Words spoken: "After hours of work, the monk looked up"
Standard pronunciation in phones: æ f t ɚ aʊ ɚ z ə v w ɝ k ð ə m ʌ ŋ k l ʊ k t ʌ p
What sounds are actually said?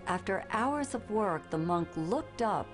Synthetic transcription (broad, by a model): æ f t ɚ aʊ ɚ z ə v w ɝ k ð ə m ʌ ŋ k l ʊ k t ʌ p